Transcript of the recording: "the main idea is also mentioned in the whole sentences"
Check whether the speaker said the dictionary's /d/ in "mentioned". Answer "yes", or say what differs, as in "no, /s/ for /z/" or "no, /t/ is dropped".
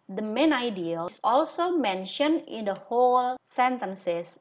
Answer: yes